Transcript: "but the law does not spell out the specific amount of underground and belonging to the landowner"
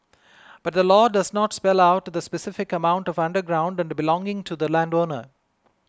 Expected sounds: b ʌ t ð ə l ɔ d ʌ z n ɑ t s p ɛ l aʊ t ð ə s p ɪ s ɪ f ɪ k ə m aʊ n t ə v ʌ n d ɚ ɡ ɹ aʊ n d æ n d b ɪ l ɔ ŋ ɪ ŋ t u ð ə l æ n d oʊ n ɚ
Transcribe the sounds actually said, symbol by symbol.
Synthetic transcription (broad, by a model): b ʌ t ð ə l ɔ d ʌ z n ɑ t s p ɛ l aʊ t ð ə s p ɪ s ɪ f ɪ k ə m aʊ n t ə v ʌ n d ɚ ɡ ɹ aʊ n d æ n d b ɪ l ɔ ŋ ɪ ŋ t u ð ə l æ n d oʊ n ɚ